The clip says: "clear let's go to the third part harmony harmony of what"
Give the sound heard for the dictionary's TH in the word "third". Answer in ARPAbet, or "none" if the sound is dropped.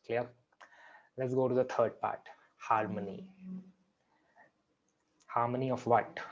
T